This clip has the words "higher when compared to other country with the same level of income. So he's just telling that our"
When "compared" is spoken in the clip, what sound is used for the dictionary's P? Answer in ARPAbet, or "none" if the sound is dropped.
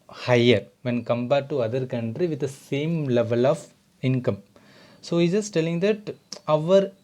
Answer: B